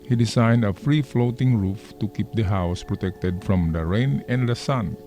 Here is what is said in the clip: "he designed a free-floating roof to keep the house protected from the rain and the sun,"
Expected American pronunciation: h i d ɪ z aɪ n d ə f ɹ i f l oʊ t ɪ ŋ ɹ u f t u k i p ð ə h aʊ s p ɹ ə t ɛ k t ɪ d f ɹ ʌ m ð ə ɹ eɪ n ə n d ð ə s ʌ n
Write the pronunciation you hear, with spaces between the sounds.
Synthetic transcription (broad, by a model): h i d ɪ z aɪ n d ə f ɹ i f l oʊ t ɪ ŋ ɹ u f t u k i p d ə h aʊ s p ɹ ə t ɛ k t ɪ d f ɹ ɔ m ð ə ɹ eɪ n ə n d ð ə s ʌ n